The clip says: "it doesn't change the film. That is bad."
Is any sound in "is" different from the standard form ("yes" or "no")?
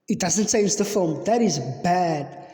no